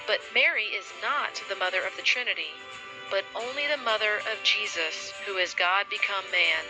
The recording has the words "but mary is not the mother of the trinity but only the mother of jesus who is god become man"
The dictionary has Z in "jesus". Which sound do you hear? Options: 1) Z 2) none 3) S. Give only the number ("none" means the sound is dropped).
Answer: 1